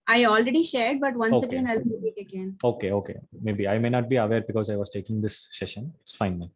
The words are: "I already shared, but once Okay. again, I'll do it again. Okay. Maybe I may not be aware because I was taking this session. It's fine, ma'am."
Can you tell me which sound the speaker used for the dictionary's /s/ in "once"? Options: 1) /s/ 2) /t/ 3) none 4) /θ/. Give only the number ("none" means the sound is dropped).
3